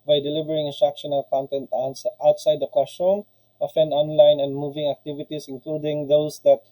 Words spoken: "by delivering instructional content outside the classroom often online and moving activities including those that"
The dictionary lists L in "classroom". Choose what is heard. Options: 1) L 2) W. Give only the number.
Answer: 2